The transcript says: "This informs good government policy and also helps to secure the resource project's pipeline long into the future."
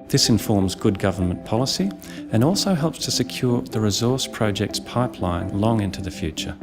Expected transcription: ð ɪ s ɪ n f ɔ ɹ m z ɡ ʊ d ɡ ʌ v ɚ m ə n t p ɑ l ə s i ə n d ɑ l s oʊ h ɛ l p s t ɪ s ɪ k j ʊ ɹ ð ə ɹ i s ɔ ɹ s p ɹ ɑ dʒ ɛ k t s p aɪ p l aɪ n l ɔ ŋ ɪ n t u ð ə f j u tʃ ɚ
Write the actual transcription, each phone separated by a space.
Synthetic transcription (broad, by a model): ð ɪ s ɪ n f ɔ ɹ m z ɡ ʊ d ɡ ʌ v ɚ m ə n p ɑ l ə s i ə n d ɑ l s oʊ h ɛ l p s t ɪ s ɪ k j ʊ ɹ ð ə ɹ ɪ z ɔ ɹ s p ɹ ɑ dʒ ɛ k t s p aɪ p l aɪ n l ɔ ŋ ɪ n t u ð ə f j u tʃ ɚ